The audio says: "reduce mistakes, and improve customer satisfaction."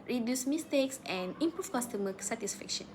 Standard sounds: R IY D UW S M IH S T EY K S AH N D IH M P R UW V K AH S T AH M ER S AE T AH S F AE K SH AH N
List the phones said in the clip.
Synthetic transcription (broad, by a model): R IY D UW S M IH S T EY K S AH N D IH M P R UW F K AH S T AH M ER S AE T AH S F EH K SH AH N